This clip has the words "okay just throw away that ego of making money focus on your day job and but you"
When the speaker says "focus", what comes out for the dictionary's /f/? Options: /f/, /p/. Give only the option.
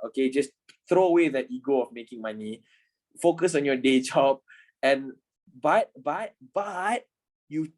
/f/